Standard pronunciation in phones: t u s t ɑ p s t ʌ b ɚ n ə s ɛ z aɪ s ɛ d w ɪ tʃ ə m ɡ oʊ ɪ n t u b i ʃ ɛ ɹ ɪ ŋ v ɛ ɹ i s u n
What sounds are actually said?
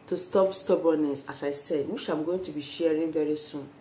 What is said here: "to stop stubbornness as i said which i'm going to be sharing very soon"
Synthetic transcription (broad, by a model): t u s t ɑ p s t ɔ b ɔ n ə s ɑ s aɪ s ɛ d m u ʃ ə m ɡ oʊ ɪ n t u b i ʃ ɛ ɹ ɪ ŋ v ɛ ɹ i s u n